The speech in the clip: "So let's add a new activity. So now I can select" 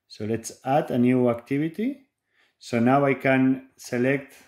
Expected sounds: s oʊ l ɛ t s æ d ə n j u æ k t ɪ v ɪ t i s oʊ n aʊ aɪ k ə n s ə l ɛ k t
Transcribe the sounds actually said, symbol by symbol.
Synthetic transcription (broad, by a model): s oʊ l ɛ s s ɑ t ə n j u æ k t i b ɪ t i s oʊ n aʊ aɪ k ə n s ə l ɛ k t